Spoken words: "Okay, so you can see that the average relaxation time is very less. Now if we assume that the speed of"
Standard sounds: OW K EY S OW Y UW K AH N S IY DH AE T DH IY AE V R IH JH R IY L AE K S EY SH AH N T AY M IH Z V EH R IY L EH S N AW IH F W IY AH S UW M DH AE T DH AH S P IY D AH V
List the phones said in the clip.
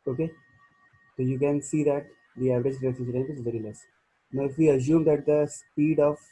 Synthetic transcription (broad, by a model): OW K EY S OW Y UW K AH N S IY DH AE T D IY AE V R IH JH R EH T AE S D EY AH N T IH Z V EH R IY L EH S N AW IH F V IY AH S UW M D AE T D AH S P IY D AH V